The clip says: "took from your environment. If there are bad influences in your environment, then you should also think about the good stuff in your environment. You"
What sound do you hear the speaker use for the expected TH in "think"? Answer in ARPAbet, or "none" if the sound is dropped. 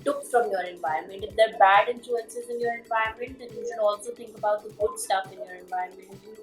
T